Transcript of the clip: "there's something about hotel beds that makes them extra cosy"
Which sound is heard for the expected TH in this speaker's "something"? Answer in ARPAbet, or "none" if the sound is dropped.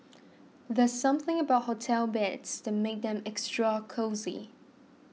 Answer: TH